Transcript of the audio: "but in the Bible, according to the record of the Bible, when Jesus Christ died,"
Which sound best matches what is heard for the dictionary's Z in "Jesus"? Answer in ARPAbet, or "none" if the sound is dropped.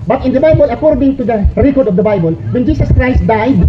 S